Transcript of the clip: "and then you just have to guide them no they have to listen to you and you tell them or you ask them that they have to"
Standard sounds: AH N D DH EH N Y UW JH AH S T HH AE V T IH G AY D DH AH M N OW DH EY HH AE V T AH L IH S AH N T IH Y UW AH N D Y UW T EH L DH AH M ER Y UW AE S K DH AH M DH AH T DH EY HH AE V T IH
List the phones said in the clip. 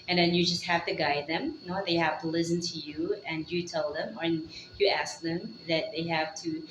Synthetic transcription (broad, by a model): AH N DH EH N Y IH JH AH S T HH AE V T IH G AY D DH AH M N OW DH EY HH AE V T AH L IH S AH N T IH Y UW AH N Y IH T EH L DH AH M ER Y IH AE S K DH AH M DH AH T DH EY HH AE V T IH